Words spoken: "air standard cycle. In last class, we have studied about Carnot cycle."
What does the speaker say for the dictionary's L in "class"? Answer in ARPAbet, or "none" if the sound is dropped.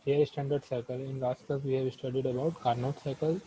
none